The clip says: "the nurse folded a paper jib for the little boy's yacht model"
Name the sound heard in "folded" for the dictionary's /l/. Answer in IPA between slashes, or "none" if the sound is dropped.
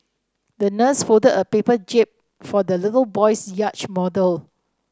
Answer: none